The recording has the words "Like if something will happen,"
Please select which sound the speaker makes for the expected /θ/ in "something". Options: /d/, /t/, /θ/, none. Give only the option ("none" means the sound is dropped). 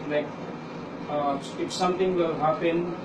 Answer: /t/